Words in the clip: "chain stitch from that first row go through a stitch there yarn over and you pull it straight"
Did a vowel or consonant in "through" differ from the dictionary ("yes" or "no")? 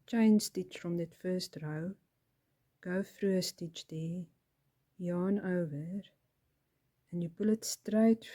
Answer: yes